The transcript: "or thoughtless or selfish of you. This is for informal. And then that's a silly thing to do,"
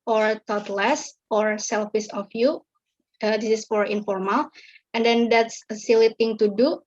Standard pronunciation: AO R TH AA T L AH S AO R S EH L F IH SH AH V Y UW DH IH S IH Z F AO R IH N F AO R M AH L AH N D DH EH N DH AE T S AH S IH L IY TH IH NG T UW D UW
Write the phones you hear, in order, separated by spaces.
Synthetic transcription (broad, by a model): AO R T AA T L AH S AO R S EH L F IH S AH F Y UW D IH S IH S F AO R IH N F AO R M AH L AH N D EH N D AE T S AH S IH L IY T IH NG T UW D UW